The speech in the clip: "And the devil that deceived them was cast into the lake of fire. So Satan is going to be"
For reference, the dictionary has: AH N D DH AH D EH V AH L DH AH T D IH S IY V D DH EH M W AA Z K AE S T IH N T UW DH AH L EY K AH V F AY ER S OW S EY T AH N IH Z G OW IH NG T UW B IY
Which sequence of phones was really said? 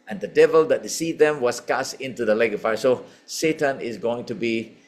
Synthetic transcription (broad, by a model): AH N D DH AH D EH V AH L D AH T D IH S IY D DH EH M W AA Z K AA S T IH N T UW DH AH L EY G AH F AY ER S OW S EY T AH N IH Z G OW IH NG T UW B IY